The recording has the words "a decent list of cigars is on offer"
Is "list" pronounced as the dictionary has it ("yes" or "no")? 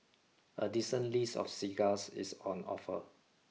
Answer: no